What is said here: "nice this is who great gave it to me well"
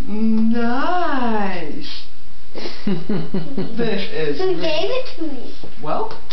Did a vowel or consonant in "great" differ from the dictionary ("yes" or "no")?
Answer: yes